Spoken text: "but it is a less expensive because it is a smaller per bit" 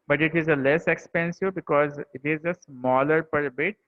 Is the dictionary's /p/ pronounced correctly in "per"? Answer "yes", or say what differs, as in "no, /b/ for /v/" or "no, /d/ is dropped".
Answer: yes